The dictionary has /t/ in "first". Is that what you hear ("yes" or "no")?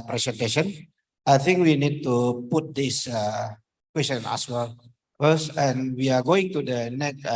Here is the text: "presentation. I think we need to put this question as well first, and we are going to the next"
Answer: no